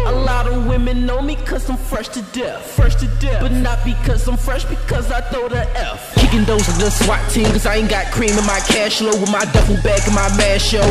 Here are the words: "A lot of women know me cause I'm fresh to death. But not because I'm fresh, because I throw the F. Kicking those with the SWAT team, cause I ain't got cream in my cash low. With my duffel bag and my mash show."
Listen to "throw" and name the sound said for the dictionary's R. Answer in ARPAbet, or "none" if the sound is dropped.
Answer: none